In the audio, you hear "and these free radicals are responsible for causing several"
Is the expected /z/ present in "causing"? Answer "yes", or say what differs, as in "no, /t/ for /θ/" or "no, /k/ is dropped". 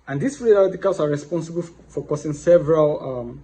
no, /s/ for /z/